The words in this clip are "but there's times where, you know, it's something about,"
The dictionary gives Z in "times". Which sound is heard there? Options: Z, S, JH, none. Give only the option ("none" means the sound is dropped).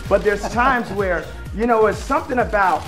Z